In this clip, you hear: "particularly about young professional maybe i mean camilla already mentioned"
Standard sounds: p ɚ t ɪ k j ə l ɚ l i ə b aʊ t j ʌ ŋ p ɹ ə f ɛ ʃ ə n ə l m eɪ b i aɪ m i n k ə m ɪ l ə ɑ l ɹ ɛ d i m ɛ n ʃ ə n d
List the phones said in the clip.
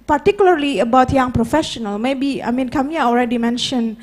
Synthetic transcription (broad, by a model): p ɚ t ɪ k j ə l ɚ l i ə b aʊ t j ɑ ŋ p ɹ ə f ɛ ʃ ə n ə l m eɪ b i aɪ m i n k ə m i ə ɑ l ɹ ɛ d i m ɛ n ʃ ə n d